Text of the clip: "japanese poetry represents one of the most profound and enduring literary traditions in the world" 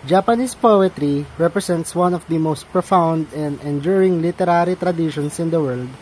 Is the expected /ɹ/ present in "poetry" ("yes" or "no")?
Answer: yes